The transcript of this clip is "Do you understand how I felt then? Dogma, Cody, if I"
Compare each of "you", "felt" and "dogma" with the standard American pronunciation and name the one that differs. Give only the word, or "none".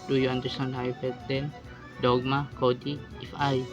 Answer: felt